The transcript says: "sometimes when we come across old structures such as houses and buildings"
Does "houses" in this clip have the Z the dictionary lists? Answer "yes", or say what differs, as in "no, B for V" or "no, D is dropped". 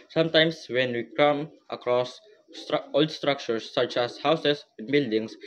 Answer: no, S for Z